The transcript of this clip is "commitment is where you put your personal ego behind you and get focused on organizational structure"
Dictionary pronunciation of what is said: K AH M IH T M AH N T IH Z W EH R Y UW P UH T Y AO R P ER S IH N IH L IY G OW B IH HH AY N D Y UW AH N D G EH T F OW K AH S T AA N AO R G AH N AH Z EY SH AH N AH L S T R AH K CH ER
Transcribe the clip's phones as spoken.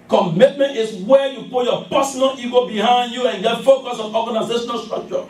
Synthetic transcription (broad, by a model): K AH M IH T M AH N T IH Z W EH Y UW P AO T Y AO P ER S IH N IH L IY G OW B IH HH AY N D Y UW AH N G EH T F OW K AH S AA N AO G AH N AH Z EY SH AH N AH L S T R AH K CH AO